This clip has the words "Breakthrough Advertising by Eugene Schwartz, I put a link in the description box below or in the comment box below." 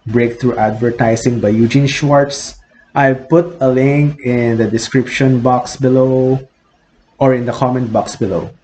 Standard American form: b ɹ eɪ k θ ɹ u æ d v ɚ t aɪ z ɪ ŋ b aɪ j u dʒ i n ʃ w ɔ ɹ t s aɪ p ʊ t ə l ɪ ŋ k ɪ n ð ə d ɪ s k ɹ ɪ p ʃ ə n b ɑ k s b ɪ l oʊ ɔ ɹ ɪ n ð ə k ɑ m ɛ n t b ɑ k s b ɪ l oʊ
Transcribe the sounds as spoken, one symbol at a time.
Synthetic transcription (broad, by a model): b ɹ eɪ k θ ɹ u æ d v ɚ t aɪ s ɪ ŋ b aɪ j u dʒ i n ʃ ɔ ɹ t s aɪ p ʊ t ə l ɪ ŋ k ɪ n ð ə d ɪ s k ɹ ɪ p ʃ ə n b ɑ k s b ɪ l oʊ ɔ ɹ ɪ n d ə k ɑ m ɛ n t b ɑ k s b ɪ l oʊ